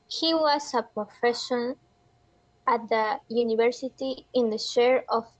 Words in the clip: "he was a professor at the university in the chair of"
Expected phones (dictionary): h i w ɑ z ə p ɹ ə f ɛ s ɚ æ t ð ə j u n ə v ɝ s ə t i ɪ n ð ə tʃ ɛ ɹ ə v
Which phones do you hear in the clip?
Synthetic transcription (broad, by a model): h i w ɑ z ə p ɹ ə f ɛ ʃ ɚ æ t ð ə j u n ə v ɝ s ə t i ɪ n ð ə ʃ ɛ ɹ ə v